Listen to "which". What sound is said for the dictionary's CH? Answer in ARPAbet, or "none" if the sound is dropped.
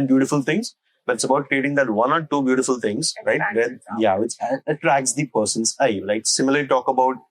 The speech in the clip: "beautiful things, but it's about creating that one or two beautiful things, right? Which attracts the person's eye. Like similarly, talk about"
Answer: S